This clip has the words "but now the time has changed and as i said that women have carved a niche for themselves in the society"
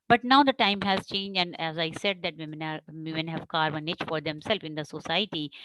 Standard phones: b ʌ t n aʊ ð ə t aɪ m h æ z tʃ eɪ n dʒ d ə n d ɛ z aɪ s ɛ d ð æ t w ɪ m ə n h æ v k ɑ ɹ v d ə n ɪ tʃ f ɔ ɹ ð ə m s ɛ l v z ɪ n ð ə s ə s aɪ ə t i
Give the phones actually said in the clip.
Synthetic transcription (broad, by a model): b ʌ t n aʊ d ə t aɪ m h æ z tʃ eɪ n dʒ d ə n d ɛ z aɪ s ɛ d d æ t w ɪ m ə n h æ v k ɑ ɹ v ə n ɪ tʃ f ɔ ɹ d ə m s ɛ l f ɪ n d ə s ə s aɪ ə t i